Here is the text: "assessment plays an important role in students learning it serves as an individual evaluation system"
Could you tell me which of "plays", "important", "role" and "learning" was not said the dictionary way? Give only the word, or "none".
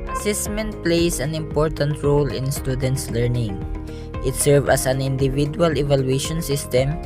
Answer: plays